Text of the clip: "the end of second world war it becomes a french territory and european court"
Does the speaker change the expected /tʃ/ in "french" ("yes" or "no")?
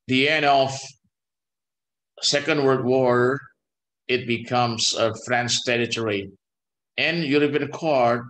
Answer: yes